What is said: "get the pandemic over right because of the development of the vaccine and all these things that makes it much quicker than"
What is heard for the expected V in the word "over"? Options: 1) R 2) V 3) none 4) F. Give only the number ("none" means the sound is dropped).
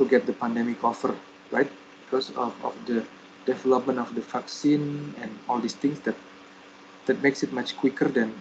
4